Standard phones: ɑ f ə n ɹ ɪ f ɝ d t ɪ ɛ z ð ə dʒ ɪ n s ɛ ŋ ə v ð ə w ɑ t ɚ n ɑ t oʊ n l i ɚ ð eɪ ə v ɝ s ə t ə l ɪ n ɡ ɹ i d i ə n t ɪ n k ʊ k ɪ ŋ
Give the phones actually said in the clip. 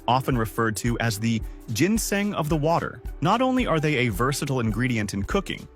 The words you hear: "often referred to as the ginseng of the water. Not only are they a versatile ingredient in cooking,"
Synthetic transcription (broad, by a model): ɑ f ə n ɹ ɪ f ɝ d t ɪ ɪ z ð ə dʒ ɪ n s ɛ ŋ ə v ð ə w ɑ t ɚ n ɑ t oʊ n l i ɚ ð eɪ ə v ɝ s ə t l ɪ n ɡ ɹ i d i ə n t ɪ n k ʊ k ɪ ŋ